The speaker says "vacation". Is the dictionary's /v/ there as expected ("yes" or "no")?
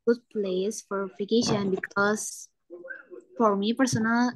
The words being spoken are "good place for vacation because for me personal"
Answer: no